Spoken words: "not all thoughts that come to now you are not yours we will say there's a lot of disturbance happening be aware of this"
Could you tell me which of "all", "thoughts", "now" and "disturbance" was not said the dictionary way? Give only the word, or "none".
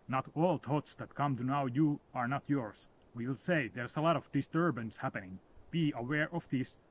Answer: thoughts